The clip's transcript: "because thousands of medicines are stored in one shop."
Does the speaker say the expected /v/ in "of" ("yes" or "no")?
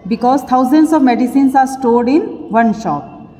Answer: yes